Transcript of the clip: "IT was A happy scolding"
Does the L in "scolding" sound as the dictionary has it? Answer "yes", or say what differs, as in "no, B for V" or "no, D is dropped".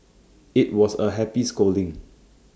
yes